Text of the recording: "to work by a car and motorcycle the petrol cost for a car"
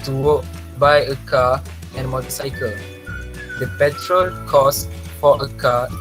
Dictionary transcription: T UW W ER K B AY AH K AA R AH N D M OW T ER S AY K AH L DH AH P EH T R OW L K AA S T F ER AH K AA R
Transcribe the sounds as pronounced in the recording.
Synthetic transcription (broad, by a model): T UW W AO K B AY AH K AA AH N M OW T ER S AY K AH L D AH P EH T R OW L K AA S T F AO AH K AA